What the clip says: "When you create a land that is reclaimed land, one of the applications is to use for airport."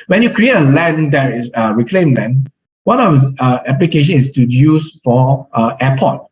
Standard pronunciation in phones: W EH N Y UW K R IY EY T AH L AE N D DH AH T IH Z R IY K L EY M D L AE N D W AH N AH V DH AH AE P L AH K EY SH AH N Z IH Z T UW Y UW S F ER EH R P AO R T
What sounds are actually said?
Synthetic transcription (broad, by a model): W EH N Y UW K R IY EY T AH L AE N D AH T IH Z R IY K L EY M L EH N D W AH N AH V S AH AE P L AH K EY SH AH N IH S T UW Y UW S F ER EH P AO T